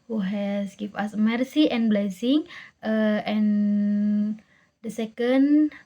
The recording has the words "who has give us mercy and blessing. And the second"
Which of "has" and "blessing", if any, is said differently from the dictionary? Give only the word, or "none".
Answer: has